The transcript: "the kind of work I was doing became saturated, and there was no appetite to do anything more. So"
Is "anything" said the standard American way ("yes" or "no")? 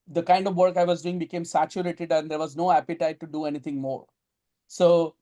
no